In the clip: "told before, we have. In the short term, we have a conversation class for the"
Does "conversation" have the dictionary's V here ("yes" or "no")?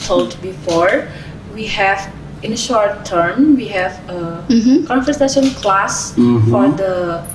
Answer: no